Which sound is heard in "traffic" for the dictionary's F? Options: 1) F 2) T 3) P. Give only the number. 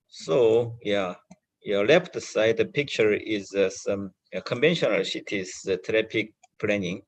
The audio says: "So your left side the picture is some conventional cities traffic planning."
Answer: 3